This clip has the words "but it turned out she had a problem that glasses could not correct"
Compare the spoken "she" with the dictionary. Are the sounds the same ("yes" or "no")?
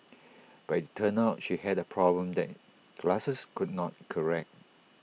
yes